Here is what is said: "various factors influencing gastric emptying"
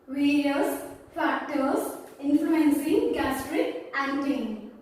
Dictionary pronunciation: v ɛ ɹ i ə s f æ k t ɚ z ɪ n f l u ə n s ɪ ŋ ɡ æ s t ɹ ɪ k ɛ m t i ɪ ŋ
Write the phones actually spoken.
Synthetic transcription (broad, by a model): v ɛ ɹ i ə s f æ k t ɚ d ɪ n f l u ə n s ɪ ŋ ɡ æ s t ɹ ɪ k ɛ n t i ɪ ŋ